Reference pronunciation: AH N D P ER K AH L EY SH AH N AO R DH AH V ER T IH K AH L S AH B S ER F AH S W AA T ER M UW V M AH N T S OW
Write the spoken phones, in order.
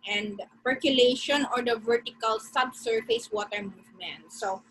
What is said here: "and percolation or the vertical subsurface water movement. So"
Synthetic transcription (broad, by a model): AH N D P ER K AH L EY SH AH N AO R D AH V ER T IH K AH L S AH B S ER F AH S W AA T ER M UW V M AH N T S OW